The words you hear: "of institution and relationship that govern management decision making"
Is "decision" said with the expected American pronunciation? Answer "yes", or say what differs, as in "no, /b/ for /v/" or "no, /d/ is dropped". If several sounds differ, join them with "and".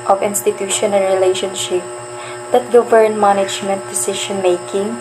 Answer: no, /ʃ/ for /ʒ/